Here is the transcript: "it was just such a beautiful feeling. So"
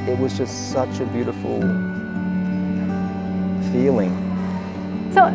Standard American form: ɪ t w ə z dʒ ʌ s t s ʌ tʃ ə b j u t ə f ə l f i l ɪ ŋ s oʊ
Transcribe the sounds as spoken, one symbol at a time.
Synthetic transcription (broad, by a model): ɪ t w ə z dʒ ʌ s t s ʌ tʃ ə b j u t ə f l f i l ɪ ŋ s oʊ